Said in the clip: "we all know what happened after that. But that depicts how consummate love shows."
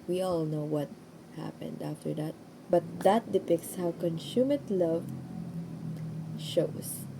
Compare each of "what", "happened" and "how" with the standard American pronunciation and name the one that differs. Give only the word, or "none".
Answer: none